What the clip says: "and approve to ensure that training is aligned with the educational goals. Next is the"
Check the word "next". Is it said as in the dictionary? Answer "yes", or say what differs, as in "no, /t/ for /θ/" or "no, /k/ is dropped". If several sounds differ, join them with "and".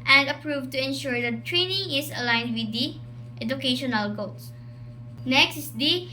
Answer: yes